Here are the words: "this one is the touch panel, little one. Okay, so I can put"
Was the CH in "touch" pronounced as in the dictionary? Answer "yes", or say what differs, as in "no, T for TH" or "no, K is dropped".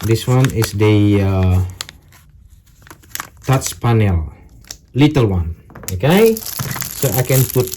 no, S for CH